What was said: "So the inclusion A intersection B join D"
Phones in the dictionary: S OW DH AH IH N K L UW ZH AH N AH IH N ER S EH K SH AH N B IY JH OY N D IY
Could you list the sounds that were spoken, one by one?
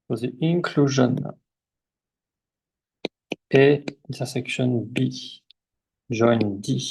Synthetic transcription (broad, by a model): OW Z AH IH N K L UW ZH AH N AH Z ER S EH K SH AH N B IY ZH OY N D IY